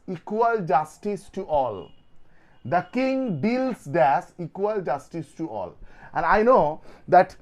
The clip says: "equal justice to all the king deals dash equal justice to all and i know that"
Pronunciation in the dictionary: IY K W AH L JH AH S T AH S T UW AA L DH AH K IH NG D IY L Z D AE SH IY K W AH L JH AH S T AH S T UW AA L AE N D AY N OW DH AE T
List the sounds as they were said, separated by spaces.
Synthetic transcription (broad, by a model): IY K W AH L JH AH S T AH S T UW AA L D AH K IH NG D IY L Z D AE S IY K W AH L JH AH S T AH S T UW AA L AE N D AY N OW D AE T